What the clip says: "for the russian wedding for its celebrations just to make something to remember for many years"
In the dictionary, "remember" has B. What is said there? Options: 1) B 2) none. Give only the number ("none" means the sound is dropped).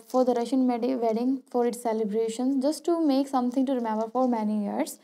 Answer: 1